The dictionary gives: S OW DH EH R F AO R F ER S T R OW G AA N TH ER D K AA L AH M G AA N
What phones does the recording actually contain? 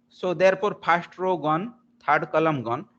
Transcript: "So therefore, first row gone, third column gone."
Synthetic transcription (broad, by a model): S OW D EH R P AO R P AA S T R OW G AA N T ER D K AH L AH M G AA N